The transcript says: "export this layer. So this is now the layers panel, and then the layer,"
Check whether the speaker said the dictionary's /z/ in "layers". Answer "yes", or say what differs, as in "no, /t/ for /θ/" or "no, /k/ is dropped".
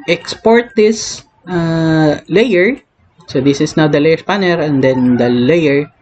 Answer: no, /s/ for /z/